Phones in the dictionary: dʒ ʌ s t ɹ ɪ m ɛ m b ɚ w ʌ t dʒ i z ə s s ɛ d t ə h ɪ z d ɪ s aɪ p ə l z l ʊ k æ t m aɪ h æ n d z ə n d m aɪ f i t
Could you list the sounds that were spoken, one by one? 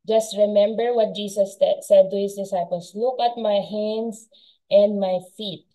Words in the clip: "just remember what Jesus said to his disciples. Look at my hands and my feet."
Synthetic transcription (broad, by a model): dʒ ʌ s t ɹ ɪ m ɛ m b ɚ w ʌ t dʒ i s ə s s ɛ d t ə h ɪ s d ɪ s aɪ p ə l s l ʊ k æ t m aɪ h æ n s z ə n d m aɪ f i t